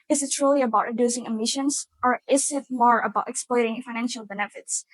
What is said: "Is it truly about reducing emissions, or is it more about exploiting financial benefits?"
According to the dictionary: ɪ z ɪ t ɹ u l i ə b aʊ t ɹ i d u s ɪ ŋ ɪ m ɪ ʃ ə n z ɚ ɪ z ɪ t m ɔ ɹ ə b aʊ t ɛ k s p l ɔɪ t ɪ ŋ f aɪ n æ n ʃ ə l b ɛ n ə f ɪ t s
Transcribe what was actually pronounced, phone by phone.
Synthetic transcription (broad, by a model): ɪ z ɪ t ɹ u l i ə b aʊ t ɹ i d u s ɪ ŋ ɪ m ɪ ʃ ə n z ɚ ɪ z ɪ t m ɔ ɹ ə b aʊ t ɛ k s p l ɔɪ t ɪ ŋ f aɪ n æ n ʃ ə l b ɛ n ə f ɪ t s